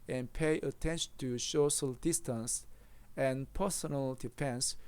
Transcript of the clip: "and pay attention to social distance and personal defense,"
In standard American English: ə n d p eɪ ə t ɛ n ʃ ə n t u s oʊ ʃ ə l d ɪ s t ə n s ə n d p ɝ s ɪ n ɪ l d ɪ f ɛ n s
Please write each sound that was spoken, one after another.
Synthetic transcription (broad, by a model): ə n p eɪ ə t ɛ n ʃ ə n t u ʃ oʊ s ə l d ɪ s t ə n s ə n p ɝ s ɪ n ɪ l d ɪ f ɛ n s